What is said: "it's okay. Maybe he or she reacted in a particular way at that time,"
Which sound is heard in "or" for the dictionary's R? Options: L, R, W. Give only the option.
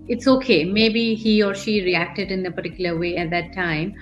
R